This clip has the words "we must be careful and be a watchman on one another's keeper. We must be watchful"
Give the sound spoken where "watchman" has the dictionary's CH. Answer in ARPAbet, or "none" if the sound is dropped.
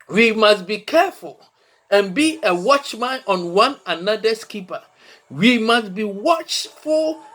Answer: CH